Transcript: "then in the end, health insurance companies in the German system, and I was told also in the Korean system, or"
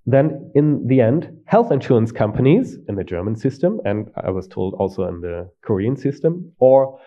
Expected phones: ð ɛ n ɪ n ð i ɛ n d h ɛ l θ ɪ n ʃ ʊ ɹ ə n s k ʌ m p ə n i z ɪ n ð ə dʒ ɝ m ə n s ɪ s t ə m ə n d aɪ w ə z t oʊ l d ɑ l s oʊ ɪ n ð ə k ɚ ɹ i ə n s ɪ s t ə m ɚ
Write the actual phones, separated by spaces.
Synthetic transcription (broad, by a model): ð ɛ n ɪ n ð i ɛ n d h ɛ l θ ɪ n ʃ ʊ ɹ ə n s k ʌ m p ə n i z ɪ n ð ə dʒ ɝ m ə n s ɪ s t ə m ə n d aɪ w ə z t oʊ l d ɑ l s oʊ ɪ n ð ə k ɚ ɹ i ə n s ɪ s t ə m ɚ